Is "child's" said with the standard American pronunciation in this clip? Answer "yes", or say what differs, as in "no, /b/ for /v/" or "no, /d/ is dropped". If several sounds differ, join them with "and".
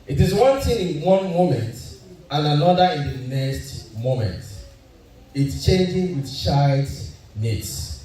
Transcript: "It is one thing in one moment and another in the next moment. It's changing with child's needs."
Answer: no, /l/ is dropped